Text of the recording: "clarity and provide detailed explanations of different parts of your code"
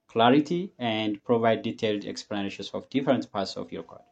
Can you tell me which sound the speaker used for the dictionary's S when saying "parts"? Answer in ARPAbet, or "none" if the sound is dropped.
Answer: S